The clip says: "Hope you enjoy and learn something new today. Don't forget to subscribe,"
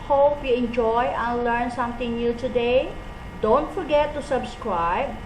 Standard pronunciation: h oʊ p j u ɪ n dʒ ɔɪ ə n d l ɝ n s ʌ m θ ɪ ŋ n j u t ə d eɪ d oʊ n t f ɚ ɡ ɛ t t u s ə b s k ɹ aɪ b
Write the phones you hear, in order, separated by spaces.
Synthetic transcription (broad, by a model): h oʊ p j u ɪ n dʒ ɔɪ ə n l ɝ n s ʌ m t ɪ ŋ n j u t ə d eɪ d oʊ n t f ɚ ɡ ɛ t t u s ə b s k ɹ aɪ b